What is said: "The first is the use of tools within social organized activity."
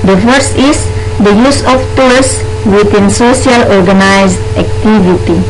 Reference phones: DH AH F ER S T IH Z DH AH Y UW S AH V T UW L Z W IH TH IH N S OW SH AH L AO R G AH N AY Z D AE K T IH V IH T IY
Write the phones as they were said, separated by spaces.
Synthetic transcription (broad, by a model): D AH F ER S IH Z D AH Y UW S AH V T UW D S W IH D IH N S OW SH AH L AO R G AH N AY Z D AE K T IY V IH T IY